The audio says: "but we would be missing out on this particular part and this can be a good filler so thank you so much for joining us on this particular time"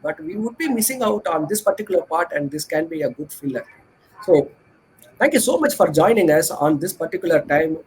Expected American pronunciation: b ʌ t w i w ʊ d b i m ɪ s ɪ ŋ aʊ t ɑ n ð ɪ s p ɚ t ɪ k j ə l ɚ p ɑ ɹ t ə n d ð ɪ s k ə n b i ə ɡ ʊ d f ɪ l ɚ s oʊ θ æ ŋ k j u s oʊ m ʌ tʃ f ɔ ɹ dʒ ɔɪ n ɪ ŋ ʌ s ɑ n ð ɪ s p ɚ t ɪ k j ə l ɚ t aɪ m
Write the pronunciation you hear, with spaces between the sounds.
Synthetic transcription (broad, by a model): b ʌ t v i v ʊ d b i m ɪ s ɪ ŋ aʊ t ɑ n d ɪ s p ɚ t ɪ k j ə l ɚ p ɑ ɹ t ə n d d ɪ s k ə n b i ə ɡ ʊ d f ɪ l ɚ s oʊ t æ ŋ k j u s oʊ m ʌ tʃ f ɔ ɹ dʒ ɔɪ n ɪ ŋ ʌ s ɑ n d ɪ s p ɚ t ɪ k j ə l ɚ t aɪ m